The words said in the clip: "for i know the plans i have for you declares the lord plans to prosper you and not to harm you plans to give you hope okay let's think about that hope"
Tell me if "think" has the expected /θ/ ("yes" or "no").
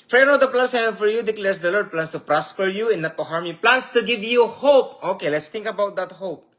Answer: no